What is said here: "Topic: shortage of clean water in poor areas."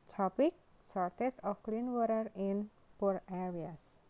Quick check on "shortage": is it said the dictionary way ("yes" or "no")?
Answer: no